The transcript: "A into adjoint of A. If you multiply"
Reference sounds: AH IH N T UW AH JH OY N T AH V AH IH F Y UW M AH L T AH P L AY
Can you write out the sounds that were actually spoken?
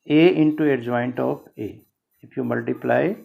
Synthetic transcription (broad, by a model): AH IH N T UW AH JH OY N T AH P AH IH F Y UW M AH L T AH P L AY